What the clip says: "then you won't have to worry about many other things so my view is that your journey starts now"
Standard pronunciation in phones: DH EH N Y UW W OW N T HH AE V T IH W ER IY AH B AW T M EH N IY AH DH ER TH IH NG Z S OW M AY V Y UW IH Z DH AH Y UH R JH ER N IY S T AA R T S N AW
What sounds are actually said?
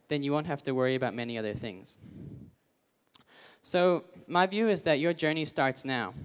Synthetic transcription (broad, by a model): DH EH N Y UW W OW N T HH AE F T IH W ER IY AH B AW T M EH N IY AH DH ER TH IH NG Z S OW M AY V Y UW IH Z DH AH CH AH R JH ER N IY S T AA R T S N AW